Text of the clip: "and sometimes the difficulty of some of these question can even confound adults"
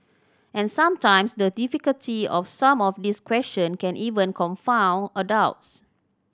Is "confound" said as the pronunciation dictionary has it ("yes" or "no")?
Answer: no